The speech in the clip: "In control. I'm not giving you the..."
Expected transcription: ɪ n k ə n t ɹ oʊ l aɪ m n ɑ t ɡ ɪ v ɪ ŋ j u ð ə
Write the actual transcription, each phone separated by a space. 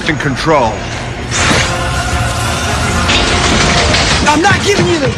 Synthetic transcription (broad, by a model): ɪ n k ə n t ɹ oʊ l aɪ m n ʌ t ɡ ɪ v ɪ ŋ j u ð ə